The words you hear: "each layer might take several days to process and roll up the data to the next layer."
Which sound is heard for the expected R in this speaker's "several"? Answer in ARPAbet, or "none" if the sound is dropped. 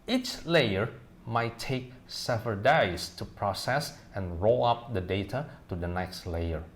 none